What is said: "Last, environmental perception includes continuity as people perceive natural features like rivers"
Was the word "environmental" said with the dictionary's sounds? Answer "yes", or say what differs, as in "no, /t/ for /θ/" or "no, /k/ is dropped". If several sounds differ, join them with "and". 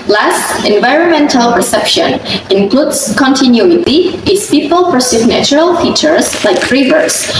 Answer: yes